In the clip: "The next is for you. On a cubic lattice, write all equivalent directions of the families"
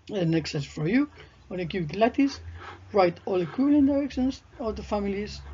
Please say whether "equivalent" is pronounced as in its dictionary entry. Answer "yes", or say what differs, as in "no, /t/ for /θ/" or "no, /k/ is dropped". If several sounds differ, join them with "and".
no, /v/ is dropped